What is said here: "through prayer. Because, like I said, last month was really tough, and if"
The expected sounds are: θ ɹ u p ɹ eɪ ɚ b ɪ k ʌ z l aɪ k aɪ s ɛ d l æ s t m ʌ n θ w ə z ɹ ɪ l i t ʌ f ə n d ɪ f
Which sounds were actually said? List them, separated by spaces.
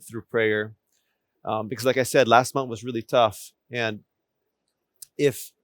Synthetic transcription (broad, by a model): θ ɹ u p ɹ eɪ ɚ b ɪ k ʌ z l aɪ k aɪ s ɛ d l æ s t m ʌ n θ w ə z ɹ ɪ l i t ʌ f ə n ɪ f